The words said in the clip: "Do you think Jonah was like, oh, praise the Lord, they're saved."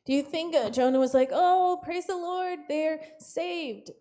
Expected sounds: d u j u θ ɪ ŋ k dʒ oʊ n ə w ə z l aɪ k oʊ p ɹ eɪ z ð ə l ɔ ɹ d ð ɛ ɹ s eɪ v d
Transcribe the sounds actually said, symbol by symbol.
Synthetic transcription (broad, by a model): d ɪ j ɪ θ ɪ ŋ k dʒ oʊ n ə w ə z l aɪ k oʊ p ɹ eɪ z ð ə l ɔ ɹ d ð ɛ ɹ s eɪ v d